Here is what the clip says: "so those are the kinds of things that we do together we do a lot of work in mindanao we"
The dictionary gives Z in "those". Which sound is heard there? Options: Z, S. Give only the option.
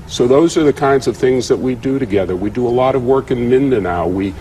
Z